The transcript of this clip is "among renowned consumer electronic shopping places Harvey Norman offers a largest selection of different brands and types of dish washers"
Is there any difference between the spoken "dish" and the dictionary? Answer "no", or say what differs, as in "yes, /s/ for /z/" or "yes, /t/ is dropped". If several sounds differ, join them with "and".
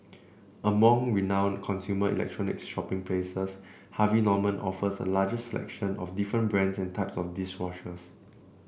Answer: yes, /s/ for /ʃ/